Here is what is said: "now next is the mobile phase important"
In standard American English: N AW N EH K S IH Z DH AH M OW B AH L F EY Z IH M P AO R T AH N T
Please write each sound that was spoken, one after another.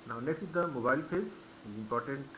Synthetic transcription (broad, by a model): N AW N EH K S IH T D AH M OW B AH L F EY S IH M P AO R T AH N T